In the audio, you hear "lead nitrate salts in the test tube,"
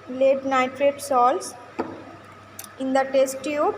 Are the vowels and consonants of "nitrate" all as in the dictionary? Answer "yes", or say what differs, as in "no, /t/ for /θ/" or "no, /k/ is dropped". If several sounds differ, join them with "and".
yes